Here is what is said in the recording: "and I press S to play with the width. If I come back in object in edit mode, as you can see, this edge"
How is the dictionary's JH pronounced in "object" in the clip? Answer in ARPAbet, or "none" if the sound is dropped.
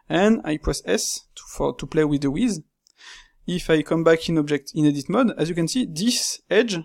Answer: JH